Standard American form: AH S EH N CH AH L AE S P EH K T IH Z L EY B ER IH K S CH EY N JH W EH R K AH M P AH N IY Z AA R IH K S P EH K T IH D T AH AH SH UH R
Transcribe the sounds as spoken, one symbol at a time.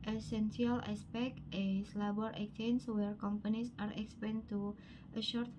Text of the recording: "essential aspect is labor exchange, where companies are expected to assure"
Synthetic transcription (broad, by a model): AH S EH N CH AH L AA S P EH K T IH S L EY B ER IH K CH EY N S W EH R K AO M P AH N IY S AA R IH K S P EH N T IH T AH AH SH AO R